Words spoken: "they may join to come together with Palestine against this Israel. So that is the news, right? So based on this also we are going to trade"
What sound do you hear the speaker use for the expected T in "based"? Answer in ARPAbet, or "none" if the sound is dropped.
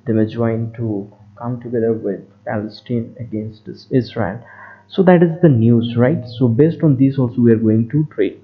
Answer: T